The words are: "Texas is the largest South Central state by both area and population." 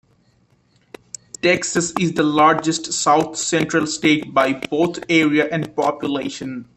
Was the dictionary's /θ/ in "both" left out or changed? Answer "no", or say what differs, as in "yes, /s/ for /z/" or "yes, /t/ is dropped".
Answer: yes, /t/ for /θ/